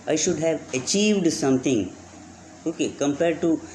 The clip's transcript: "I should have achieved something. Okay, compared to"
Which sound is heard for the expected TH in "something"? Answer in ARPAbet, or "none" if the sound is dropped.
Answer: T